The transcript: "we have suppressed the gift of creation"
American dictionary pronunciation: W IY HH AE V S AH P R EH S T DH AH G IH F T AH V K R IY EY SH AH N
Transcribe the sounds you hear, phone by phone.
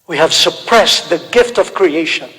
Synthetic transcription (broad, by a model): W IY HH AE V S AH P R EH S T DH AH G IH F T AH V K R IY EY SH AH N